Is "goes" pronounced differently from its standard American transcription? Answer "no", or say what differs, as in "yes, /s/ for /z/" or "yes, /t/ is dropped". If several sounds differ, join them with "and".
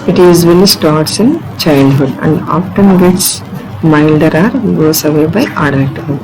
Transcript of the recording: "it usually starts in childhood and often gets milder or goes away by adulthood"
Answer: yes, /s/ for /z/